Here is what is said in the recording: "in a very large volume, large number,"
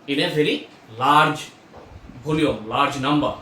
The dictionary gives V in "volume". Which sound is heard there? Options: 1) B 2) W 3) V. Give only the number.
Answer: 1